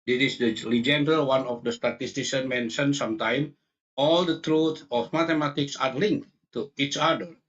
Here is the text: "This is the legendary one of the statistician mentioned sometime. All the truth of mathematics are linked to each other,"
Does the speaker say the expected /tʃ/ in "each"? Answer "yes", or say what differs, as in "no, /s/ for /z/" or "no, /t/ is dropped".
yes